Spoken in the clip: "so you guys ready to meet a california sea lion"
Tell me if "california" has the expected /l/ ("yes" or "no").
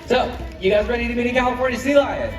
no